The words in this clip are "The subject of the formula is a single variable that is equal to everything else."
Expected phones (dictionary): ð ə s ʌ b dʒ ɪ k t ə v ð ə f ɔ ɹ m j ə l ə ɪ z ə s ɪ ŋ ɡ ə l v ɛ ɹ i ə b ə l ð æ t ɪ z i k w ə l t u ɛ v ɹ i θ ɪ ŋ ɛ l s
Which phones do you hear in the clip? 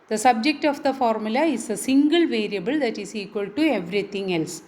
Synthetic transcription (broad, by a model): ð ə s ʌ b dʒ ɪ k t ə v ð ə f ɔ ɹ m j ə l ə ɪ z ə s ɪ ŋ ɡ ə l v ɛ ɹ i ə b ə l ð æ t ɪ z i k w ə l t u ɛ v ɹ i t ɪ ŋ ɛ l s